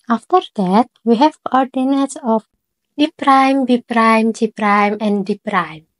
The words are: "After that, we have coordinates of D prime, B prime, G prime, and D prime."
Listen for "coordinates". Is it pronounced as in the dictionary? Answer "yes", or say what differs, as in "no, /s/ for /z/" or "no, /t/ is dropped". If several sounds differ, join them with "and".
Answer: yes